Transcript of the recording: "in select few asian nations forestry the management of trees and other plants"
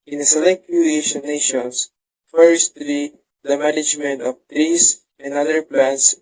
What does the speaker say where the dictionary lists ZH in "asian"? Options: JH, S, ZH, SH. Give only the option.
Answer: SH